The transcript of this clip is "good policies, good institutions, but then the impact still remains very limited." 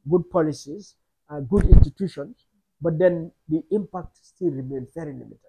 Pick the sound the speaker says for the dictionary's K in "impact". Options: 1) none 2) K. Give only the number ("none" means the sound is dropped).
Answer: 2